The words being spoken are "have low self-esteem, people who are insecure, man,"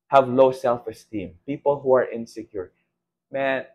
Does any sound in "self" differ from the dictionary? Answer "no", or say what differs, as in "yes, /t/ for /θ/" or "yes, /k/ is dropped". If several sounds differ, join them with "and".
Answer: no